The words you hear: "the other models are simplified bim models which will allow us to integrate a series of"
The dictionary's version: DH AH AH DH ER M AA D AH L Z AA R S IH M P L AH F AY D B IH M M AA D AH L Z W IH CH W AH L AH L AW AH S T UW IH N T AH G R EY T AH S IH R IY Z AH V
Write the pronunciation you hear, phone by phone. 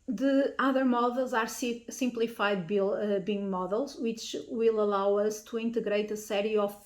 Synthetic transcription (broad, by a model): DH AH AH DH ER M AA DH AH L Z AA R S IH M P L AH F AY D B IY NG M AA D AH L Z W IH CH W AH L AH L AW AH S T UW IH N T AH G R EY T AH S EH R IY AH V